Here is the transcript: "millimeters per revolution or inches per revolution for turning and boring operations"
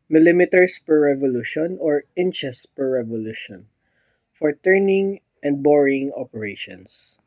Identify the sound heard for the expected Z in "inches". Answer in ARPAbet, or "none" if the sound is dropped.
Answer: S